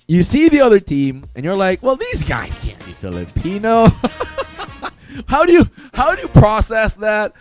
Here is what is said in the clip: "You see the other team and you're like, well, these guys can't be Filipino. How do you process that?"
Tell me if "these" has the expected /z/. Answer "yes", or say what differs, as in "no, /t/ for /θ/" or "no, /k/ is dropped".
yes